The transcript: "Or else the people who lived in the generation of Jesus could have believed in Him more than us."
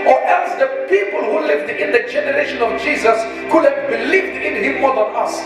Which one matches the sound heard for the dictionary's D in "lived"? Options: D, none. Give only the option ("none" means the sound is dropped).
D